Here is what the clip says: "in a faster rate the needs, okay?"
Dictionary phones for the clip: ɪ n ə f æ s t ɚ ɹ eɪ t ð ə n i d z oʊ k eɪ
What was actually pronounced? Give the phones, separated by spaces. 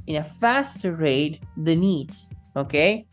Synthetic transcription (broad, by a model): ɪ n ə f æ s t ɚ ɹ eɪ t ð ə n i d s oʊ k eɪ